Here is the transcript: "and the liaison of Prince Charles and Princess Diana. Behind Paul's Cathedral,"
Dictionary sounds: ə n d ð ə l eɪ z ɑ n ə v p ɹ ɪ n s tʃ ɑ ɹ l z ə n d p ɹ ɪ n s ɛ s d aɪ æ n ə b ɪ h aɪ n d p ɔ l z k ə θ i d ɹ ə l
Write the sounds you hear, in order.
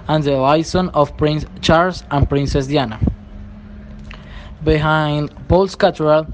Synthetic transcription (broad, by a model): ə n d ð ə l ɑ s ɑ n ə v p ɹ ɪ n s tʃ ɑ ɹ l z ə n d p ɹ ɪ n s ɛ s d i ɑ n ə b ɪ h aɪ n d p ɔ l s k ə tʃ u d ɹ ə l